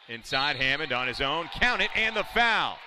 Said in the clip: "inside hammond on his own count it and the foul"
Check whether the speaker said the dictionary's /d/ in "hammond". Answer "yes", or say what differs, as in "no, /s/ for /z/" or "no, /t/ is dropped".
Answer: yes